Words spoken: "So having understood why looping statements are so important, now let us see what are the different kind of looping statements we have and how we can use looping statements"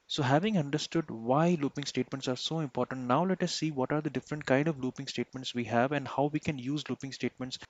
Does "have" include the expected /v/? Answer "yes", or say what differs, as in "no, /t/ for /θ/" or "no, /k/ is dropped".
yes